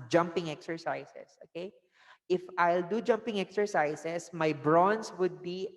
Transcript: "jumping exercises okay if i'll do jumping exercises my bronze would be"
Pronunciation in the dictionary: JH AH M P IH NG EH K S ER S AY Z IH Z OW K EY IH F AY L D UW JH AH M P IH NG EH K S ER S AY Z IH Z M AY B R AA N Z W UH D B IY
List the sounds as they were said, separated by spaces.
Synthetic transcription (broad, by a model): JH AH M P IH NG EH K S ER S AY S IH S OW K EY IH F AY L D UW JH AH M P IH NG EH K S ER S AY S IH S M AY B R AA N S W UH D B IY